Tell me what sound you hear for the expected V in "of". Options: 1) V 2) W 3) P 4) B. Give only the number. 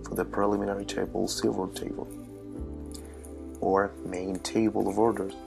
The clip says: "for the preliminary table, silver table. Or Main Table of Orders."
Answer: 1